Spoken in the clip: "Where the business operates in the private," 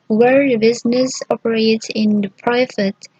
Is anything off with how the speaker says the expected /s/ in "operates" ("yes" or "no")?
yes